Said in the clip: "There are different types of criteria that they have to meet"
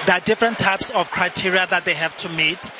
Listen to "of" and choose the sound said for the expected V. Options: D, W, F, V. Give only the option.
F